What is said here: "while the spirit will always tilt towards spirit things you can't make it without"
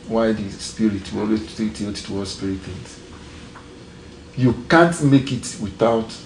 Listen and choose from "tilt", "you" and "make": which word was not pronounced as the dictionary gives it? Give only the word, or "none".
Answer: tilt